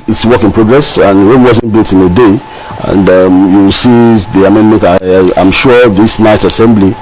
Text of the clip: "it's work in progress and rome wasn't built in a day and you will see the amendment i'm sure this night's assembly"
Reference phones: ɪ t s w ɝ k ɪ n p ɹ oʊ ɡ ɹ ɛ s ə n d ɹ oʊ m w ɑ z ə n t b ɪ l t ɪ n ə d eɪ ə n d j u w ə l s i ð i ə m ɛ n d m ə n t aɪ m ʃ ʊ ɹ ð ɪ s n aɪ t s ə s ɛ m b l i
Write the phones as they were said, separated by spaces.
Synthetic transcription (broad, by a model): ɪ t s w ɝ k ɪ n p ɹ oʊ ɡ ɹ ɛ s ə n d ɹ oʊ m w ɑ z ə n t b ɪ l t ɪ n ə d eɪ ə n d j u w ə l s i ð i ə m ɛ n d m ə n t aɪ m ʃ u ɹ ð ɪ s n aɪ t ə s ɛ m b l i